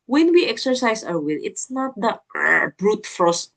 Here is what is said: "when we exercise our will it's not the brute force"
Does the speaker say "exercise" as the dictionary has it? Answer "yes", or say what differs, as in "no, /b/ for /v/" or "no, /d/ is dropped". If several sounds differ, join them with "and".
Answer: no, /s/ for /z/